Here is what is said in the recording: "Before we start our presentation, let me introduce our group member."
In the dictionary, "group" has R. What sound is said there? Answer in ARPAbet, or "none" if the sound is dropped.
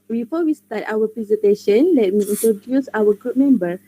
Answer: R